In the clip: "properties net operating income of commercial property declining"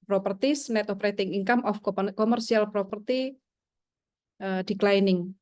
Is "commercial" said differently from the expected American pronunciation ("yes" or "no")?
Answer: yes